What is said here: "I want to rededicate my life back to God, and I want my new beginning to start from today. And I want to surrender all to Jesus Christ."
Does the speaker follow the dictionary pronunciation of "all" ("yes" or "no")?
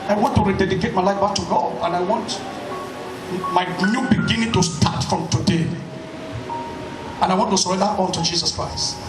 no